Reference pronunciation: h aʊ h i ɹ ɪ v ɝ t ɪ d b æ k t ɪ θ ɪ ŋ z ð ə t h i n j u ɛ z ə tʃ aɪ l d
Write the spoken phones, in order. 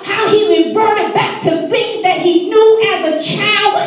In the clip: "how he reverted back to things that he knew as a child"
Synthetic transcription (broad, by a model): h aʊ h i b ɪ b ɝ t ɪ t b æ k t ɪ θ ɪ ŋ z ð ə t h i n j u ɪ z ə tʃ aɪ l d